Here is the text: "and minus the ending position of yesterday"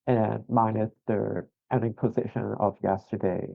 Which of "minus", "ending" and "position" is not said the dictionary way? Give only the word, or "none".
minus